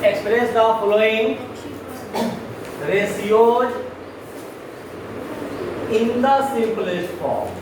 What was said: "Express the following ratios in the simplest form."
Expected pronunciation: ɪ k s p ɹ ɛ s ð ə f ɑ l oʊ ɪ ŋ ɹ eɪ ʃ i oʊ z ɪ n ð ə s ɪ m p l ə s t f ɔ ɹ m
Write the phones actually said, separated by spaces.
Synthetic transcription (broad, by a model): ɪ k s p ɹ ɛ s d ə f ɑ l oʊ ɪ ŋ ɹ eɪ s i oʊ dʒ ɪ n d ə s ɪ p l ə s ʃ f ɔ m